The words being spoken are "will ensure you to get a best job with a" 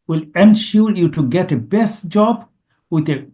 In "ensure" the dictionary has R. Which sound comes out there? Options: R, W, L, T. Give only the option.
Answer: L